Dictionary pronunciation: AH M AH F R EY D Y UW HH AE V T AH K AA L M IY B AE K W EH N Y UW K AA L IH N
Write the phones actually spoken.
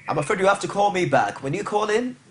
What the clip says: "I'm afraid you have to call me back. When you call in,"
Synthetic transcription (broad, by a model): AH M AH F AH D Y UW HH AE F T AH K AA L M IY B AE K W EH N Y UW K AA L IH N